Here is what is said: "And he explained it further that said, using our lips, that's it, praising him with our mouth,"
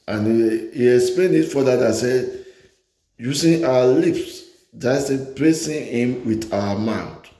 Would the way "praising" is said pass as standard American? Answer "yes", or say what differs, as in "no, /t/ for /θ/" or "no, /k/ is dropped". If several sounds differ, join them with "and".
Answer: no, /s/ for /z/